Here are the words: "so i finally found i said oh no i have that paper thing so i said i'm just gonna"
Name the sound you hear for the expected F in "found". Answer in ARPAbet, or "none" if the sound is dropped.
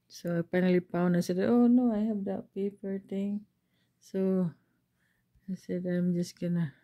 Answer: P